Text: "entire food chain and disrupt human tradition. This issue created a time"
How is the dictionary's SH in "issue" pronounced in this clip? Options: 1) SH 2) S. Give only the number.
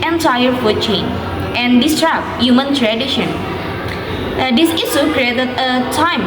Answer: 2